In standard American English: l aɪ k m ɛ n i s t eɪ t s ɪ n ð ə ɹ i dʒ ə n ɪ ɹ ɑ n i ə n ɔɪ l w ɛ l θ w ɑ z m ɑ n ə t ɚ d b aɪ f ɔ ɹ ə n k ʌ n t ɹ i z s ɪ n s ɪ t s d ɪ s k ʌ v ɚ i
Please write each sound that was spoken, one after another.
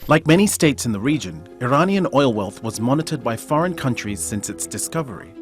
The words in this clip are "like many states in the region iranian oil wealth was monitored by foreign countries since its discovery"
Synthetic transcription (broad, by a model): l aɪ k m ɛ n i s t eɪ t s ɪ n ð ə ɹ i dʒ ə n ɪ ɹ ɑ n i ə n ɔɪ l w ɛ l θ w ɑ z m ɑ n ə t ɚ d b aɪ f ɔ ɹ ə n k ʌ n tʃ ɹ i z s ɪ n s ɪ t s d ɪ s k ʌ v ɚ i